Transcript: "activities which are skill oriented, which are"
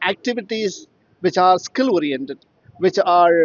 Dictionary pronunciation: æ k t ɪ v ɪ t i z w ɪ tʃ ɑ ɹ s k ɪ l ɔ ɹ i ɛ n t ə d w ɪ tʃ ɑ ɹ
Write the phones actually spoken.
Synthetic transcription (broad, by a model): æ k t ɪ v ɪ t i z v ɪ tʃ ɑ ɹ s k ɪ l ɔ ɹ i ɛ n t ə d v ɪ tʃ ɑ ɹ